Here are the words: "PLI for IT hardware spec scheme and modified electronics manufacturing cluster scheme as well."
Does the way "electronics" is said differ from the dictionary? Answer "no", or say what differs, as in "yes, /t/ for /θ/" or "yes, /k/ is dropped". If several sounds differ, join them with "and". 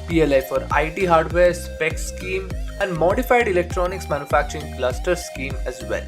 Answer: no